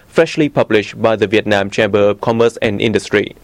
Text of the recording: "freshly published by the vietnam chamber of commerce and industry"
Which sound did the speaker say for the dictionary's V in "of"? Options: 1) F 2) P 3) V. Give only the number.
2